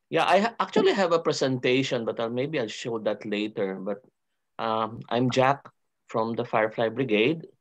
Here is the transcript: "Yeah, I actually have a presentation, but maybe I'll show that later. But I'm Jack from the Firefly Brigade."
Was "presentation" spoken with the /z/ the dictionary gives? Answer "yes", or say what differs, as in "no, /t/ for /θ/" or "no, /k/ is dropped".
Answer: no, /s/ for /z/